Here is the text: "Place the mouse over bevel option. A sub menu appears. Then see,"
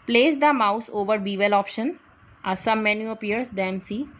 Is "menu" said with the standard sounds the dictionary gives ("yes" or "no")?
yes